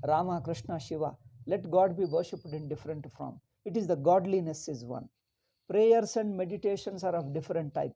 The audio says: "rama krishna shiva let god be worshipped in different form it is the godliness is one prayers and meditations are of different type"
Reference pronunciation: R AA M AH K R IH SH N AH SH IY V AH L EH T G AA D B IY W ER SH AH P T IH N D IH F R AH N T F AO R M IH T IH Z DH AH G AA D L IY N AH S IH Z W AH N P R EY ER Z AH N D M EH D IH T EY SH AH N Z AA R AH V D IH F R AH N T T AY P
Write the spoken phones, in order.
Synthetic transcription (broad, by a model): R AA M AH K R IH SH N AH SH IY V AH L EH T G AA D B IY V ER SH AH P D IH N D IH F R AH N T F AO M IH T IH Z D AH G AA D L IY N AH S IH Z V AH N P R EY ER S AH N D M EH D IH T EY SH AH N S AA R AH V D IH F R AH N T T AY P